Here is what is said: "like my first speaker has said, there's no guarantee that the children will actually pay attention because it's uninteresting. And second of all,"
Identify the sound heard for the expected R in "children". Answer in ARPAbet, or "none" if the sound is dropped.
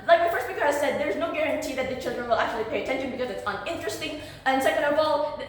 R